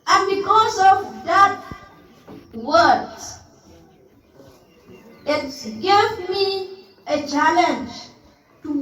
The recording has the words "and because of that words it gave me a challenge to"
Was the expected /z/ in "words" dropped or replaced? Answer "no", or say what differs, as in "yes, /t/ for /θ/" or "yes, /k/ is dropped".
yes, /z/ is dropped